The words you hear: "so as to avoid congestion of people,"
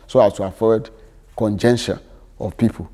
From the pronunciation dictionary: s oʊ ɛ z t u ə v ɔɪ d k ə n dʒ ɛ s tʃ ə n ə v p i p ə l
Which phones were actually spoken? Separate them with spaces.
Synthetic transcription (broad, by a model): s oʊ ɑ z t u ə f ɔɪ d k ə n dʒ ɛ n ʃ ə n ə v p i p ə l